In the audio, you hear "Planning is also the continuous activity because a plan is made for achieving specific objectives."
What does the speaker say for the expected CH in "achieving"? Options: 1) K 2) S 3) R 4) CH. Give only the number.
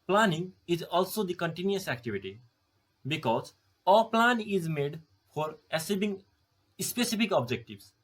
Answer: 2